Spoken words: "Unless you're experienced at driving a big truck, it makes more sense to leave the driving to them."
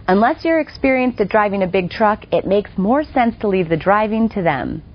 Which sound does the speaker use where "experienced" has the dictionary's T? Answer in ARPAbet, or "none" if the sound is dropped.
T